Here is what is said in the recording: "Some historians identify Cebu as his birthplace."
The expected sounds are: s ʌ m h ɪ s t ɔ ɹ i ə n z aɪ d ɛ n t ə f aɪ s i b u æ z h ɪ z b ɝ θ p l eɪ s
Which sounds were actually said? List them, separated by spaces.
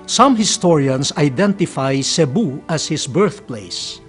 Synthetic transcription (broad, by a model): s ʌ m h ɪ s t ɔ ɹ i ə n s aɪ d ɛ n t ə f aɪ s i b u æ s h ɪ s b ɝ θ p l eɪ s